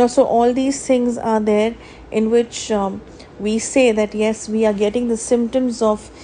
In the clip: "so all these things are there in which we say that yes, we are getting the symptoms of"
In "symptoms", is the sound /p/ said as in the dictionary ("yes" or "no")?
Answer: yes